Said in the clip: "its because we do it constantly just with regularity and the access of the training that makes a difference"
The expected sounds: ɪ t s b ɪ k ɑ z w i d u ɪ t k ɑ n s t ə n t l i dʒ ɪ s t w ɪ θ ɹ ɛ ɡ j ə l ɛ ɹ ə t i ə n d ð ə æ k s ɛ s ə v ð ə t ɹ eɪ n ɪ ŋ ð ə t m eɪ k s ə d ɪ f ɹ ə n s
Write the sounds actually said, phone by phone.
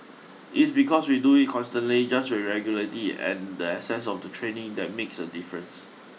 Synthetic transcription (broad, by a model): ɪ t s b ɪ k ɑ s w i d u ɪ t k ɑ n s t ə n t l i dʒ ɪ s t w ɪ ɹ ɛ ɡ j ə l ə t i ə n d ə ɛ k s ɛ s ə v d ə t ɹ eɪ n ɪ ŋ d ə t m eɪ k s ə d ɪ f ɹ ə n s